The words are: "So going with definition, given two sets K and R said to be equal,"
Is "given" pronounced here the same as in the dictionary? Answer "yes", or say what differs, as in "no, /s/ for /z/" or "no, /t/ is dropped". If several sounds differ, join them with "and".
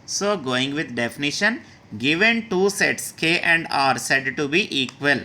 yes